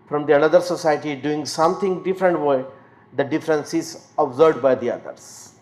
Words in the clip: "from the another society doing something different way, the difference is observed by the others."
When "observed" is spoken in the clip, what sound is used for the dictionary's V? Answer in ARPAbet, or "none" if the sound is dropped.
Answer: none